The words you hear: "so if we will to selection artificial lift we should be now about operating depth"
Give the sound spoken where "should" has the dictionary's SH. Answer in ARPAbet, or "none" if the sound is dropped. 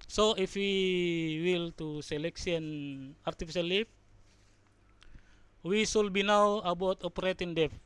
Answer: S